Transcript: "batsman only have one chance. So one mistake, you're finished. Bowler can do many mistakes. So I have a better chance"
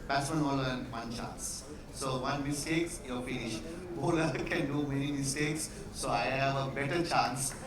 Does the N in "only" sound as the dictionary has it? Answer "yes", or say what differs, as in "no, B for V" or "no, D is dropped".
no, N is dropped